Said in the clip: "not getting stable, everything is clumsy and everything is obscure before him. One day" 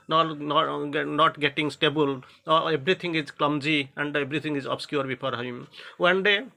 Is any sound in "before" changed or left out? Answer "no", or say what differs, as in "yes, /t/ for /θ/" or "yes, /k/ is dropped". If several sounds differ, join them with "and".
yes, /p/ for /f/